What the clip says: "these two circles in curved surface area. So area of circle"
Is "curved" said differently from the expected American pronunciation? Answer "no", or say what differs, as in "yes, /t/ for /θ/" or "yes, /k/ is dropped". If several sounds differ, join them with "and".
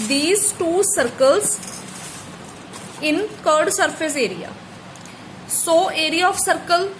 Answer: yes, /v/ is dropped